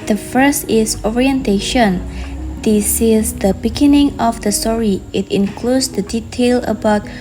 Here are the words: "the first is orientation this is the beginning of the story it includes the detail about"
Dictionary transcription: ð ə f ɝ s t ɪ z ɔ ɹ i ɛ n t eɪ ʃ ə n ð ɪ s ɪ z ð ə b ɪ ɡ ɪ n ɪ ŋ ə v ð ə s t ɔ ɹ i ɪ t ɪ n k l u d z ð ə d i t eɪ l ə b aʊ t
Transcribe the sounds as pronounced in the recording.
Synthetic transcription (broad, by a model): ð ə f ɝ s t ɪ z ɔ ɹ i ɛ n t eɪ ʃ ə n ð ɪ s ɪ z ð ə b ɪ ɡ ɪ n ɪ ŋ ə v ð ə s t ɔ ɹ i ɪ t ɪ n k l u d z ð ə d i t eɪ l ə b aʊ t